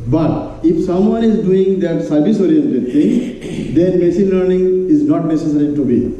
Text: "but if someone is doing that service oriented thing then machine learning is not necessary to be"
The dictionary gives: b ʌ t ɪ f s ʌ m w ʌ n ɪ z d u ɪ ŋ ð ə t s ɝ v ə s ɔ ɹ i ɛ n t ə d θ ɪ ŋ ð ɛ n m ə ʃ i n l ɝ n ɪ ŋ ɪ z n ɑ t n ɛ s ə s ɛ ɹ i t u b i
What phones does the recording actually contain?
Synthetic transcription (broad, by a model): b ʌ t ɪ f s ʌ m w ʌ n ɪ z d u ɪ ŋ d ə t s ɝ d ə s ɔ ɹ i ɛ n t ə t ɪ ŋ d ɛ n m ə s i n l ɝ n ɪ ŋ ɪ z n ɑ t n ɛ s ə s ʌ ɹ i t u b i